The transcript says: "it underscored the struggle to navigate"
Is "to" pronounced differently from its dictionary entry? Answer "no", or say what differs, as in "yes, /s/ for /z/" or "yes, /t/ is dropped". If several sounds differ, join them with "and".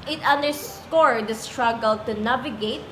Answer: no